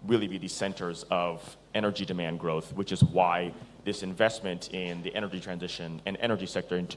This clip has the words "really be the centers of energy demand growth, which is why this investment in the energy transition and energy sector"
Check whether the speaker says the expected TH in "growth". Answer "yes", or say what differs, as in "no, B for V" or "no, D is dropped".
yes